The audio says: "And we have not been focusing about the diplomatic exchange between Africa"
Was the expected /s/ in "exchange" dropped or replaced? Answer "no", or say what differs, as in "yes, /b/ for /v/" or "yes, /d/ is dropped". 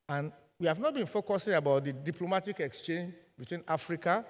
no